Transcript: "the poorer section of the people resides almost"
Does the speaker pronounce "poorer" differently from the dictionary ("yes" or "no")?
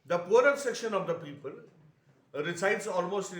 no